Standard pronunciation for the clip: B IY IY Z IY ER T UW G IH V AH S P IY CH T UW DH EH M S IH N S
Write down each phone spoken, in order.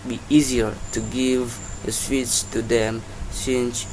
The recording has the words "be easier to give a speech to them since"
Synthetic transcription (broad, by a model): B IY IY Z IY ER T UW G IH V AH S F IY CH T UW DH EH M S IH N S